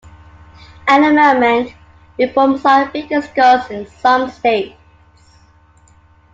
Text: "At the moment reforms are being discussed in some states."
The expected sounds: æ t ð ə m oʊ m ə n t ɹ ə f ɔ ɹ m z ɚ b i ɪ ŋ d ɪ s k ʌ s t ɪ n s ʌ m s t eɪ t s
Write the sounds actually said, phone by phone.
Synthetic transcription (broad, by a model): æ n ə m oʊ m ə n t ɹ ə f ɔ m s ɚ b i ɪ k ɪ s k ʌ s ɪ n s ʌ m s t eɪ t s